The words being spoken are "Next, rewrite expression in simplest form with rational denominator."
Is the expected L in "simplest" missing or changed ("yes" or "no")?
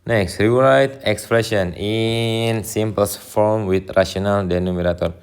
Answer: yes